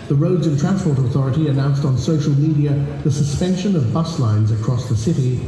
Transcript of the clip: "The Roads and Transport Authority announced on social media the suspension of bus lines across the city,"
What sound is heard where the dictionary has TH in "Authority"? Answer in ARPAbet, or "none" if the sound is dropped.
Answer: TH